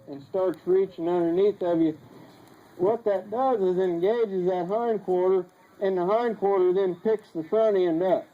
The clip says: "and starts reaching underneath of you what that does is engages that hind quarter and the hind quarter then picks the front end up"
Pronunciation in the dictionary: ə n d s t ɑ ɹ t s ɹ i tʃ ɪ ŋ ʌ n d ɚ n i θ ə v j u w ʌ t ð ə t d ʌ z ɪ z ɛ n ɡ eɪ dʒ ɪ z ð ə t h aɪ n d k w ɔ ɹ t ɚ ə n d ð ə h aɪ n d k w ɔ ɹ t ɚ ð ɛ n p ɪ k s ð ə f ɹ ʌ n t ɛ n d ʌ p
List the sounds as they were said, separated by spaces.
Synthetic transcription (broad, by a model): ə n s t ɑ ɹ t s ɹ i tʃ ɪ ŋ ʌ n d ɚ n i θ ə v j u w ʌ t ð ə t d ʌ z ɪ z ɛ n ɡ eɪ dʒ ɪ z ð ə t h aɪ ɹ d k w ɔ ɹ t ɚ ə n ð ə h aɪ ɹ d k w ɔ ɹ t ɚ ð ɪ n p ɪ k s ð ə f ɹ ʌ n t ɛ n d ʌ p